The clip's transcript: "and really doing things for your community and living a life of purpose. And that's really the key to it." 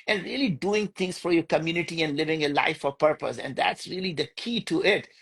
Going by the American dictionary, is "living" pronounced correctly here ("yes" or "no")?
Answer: yes